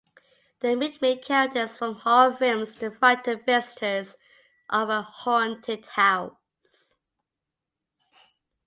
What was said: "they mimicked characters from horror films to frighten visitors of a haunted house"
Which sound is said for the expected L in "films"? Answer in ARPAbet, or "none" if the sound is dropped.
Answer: none